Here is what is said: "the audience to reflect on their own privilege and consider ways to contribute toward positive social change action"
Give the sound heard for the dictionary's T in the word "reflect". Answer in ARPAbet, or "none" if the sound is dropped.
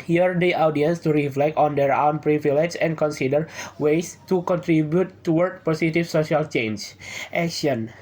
T